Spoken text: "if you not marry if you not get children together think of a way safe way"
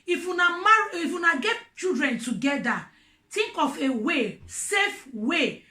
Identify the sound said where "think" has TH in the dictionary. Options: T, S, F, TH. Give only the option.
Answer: T